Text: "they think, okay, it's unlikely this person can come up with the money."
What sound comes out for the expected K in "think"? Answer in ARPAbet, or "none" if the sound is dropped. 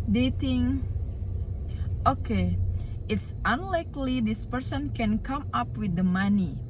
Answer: none